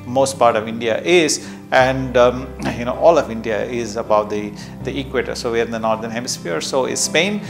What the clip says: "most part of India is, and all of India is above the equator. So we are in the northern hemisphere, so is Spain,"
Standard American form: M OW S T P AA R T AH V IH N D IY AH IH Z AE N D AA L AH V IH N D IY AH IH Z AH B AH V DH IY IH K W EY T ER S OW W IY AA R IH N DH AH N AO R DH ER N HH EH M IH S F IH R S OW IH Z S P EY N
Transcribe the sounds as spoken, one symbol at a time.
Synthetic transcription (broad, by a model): M OW S T P AA R T AH V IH N D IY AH IH Z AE N D AA L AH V IH N D IY AH IH Z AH B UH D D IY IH K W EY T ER S OW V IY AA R IH N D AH N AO R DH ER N HH EH M IH S F IH R S OW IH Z S P EY N